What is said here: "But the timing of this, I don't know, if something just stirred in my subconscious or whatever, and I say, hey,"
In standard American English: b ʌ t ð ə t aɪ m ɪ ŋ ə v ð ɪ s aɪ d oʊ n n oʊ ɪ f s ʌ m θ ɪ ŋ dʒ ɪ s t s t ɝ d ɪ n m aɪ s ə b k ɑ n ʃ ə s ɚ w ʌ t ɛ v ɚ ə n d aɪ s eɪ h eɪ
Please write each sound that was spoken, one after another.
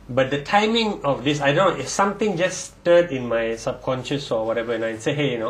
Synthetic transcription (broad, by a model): b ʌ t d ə t aɪ m ɪ ŋ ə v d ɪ s aɪ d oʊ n n oʊ ɪ f s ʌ m t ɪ ŋ dʒ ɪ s s t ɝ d ɪ n m aɪ s ə b k ɑ n ʃ ə s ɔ w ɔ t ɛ v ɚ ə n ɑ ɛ s eɪ h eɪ